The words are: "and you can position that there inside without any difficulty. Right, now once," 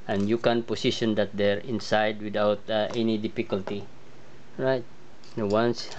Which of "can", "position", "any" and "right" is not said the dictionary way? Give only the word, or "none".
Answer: position